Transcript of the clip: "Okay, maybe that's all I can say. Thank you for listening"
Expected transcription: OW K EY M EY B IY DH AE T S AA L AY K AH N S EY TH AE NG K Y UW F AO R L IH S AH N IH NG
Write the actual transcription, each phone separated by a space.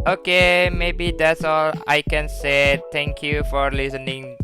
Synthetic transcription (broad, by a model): OW K EY M EY B IY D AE T S AA L AY K AH N S EY T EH NG K Y UW F AO R L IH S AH N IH NG